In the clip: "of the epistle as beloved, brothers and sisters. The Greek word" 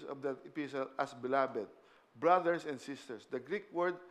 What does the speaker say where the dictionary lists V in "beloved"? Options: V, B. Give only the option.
B